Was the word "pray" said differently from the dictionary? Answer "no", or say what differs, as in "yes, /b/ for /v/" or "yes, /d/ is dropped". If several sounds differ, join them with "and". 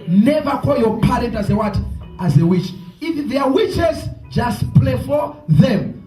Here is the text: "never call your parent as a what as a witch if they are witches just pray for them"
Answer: yes, /l/ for /ɹ/